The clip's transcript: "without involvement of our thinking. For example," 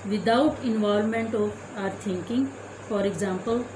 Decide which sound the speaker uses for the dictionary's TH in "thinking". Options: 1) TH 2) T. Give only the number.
2